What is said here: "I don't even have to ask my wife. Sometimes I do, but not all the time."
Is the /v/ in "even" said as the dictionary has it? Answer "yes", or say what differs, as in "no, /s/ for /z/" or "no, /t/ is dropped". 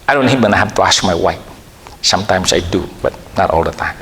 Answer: no, /b/ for /v/